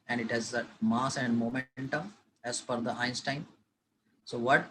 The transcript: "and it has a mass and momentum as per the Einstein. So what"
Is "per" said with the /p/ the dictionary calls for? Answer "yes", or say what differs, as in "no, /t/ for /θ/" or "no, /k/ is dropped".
no, /f/ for /p/